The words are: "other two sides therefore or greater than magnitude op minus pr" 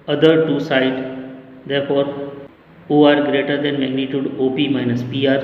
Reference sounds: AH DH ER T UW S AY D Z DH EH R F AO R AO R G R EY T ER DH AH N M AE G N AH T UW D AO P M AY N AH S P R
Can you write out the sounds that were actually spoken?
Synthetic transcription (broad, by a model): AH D ER T UW S AY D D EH R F AO R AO R G R EY T ER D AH N M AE G N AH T UW D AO P M AY N AH S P R